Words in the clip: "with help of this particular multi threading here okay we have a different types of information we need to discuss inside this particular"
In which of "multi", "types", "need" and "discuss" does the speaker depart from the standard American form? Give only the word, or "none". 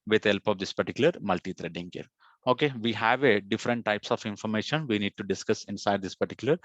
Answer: none